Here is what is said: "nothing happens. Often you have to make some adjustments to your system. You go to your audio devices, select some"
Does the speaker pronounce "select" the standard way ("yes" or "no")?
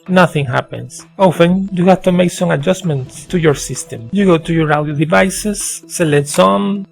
no